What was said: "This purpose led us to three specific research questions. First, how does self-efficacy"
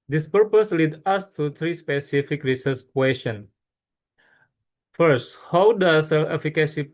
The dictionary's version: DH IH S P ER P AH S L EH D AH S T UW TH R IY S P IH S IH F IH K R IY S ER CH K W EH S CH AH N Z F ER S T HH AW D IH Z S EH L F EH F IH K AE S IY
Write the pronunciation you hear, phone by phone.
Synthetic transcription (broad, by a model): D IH S P ER P AH S L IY D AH S T UW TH R IY S P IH S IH F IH K R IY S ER S K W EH S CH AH N F ER S T HH AW D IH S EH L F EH F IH K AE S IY